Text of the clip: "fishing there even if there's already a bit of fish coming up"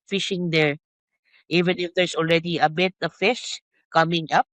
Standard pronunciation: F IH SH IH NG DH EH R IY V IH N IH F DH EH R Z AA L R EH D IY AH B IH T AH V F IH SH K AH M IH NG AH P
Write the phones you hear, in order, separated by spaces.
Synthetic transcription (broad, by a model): F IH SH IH NG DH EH R IY V IH N IH F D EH R S AA L R EH D IY AH B IH T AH F IH SH K AH M IH NG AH P